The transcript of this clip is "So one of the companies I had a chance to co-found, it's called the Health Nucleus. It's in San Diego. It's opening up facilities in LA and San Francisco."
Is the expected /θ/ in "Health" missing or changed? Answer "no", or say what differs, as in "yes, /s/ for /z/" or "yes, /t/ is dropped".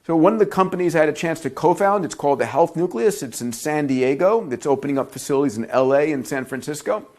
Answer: no